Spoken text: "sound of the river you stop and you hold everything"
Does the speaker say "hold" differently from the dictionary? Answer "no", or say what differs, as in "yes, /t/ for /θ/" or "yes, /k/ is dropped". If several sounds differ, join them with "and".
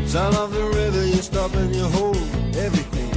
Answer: yes, /d/ is dropped